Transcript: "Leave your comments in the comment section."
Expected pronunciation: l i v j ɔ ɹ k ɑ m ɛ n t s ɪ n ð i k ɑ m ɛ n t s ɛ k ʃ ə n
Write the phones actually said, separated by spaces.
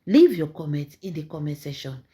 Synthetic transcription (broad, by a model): l i v j ɔ k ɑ m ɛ n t ɪ n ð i k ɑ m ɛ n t s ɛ ʃ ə n